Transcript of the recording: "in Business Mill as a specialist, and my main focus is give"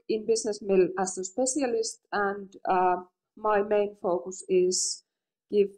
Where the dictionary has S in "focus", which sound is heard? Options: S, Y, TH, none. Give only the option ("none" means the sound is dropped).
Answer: S